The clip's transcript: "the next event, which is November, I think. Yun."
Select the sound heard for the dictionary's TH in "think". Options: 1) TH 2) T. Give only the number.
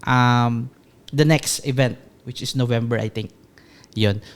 2